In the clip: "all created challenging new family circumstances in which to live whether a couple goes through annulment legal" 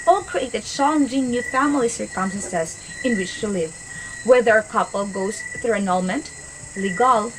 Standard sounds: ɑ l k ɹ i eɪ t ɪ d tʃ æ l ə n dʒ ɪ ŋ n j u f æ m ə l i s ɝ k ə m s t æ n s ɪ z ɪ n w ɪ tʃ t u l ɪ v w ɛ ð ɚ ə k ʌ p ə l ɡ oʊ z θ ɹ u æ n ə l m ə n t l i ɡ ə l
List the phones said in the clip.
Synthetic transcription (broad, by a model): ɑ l k ɹ i eɪ t ɪ d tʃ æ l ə n dʒ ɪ ŋ n j u f æ m ə l i s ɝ k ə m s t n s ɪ s ɪ n w ɪ tʃ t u l ɪ v w ɛ ð ɚ ə k ʌ p ə l ɡ oʊ s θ ɹ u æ n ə l m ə n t l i ɡ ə l